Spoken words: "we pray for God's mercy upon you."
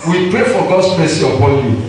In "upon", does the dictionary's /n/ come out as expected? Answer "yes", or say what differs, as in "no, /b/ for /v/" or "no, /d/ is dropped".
no, /l/ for /n/